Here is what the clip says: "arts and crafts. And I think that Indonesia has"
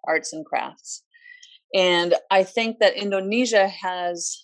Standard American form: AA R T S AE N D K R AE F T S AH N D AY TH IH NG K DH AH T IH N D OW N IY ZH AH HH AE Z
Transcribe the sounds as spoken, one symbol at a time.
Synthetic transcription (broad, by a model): AA R T S N K R AE F T S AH N AY TH IH NG K DH AH T IH N D OW N IY ZH AH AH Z